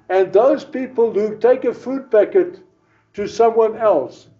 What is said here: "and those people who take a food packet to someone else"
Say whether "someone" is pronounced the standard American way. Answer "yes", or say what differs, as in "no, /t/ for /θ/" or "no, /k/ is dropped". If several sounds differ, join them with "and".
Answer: yes